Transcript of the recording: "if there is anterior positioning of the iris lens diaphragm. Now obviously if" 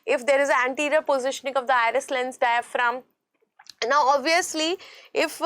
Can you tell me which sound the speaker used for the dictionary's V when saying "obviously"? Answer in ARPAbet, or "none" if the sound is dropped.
V